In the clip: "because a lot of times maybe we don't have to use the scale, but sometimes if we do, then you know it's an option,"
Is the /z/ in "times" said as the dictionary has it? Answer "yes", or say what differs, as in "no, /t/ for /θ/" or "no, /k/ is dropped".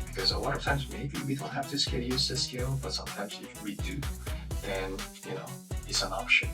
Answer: yes